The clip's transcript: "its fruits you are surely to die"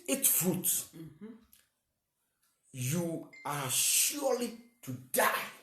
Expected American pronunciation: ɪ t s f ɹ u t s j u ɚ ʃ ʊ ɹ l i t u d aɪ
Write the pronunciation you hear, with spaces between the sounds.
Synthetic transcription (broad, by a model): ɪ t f u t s j u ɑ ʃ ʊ l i t u d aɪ